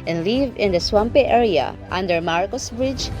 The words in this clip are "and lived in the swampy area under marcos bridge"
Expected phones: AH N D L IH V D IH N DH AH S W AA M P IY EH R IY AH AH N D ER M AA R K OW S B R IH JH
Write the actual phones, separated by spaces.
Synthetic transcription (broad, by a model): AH N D L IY V IH N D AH S W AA M P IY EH R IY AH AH N D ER M AA R K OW S B R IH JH